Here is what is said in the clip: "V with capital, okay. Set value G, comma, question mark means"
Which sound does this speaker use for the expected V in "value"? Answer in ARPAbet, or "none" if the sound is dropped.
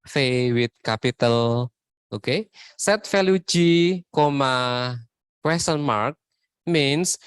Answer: F